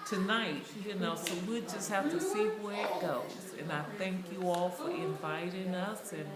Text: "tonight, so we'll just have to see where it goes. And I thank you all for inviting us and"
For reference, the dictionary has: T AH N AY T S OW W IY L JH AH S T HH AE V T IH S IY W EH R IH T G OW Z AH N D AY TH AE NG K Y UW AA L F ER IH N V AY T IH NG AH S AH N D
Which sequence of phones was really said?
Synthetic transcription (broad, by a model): T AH N AY T S OW W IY JH AH S T HH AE F T IH S IY W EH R IH T G OW Z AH N AY TH AE NG K Y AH AA L F ER IH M V AY T IH NG AH S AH N